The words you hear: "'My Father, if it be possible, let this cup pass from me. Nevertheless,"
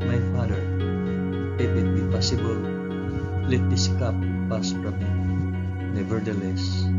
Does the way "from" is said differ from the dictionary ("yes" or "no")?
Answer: yes